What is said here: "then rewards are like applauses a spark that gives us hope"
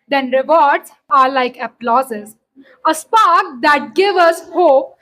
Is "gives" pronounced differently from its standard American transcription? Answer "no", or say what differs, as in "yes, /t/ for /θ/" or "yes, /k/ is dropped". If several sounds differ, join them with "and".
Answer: yes, /z/ is dropped